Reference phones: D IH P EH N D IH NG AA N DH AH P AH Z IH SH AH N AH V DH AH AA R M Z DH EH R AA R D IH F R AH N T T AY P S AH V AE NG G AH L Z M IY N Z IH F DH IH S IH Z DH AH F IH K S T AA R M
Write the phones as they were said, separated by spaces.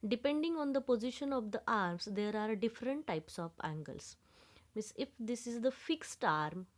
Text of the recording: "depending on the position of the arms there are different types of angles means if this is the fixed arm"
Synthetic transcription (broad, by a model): D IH P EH N D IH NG AA N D AH P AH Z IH SH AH N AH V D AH AA R M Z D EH R AA R D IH F R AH N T T AY P S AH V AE NG G AH L S M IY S IH F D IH S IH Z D AH F IH K S T AA R M